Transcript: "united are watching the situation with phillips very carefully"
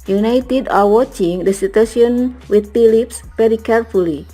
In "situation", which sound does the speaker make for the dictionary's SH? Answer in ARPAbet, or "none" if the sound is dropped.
none